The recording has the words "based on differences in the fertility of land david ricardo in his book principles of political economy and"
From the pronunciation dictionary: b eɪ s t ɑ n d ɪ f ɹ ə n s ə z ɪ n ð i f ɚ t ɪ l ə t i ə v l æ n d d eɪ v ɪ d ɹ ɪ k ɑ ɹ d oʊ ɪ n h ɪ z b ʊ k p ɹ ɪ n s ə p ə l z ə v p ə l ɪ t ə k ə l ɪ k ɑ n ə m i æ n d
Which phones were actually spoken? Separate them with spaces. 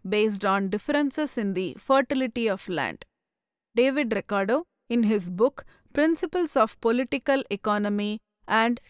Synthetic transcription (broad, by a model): b eɪ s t ɑ n d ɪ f ɹ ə n s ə s ɪ n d i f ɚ t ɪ l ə t i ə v l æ n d d eɪ v ɪ d ɹ ɪ k ɑ ɹ d oʊ ɪ n h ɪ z b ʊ k p ɹ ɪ n s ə p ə l s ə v p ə l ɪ t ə k ə l ɪ k ɑ n ə m i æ n d